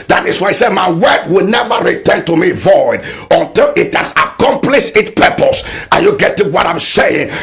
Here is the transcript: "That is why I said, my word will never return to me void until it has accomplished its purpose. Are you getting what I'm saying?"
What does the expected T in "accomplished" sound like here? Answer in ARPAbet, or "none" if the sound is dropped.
none